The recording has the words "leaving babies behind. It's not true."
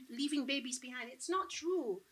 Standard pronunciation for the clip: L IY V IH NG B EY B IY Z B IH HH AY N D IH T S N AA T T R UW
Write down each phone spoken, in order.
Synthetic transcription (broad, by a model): L IY V IH NG B EY B IY Z B IH HH AY N D IH T S N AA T T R UW